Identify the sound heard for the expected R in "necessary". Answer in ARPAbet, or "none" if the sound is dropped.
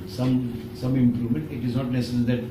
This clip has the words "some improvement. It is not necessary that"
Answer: L